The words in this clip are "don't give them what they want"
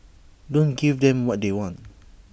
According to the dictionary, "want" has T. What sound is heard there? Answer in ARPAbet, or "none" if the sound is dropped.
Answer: T